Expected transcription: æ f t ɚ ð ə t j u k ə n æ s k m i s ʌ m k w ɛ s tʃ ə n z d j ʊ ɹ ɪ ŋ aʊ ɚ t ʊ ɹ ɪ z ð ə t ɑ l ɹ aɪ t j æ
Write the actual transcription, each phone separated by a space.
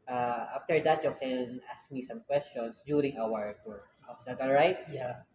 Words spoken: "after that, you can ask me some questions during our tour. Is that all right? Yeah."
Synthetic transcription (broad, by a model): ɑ f t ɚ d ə t j u k ə n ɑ s k m i s ʌ m k w ɛ s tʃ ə n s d j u ɹ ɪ ŋ aʊ ɚ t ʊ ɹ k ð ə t ɑ l ɹ aɪ t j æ